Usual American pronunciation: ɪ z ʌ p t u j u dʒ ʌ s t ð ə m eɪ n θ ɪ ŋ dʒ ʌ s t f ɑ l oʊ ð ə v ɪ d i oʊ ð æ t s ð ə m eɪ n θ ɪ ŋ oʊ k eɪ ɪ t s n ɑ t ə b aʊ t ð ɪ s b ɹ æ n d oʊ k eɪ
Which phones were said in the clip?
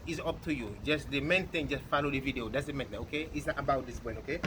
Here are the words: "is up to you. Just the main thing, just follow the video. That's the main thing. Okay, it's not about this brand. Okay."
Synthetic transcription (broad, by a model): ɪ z ʌ p t u j u dʒ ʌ s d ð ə m eɪ n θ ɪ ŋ dʒ ʌ s t f ɑ l oʊ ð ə v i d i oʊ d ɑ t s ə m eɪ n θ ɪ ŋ oʊ k eɪ ɪ t s n ɑ t ə b aʊ t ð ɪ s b ɔ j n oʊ k eɪ